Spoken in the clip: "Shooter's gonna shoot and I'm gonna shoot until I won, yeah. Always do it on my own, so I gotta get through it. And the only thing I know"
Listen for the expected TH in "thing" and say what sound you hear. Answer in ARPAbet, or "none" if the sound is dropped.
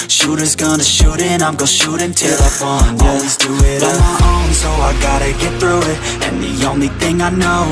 TH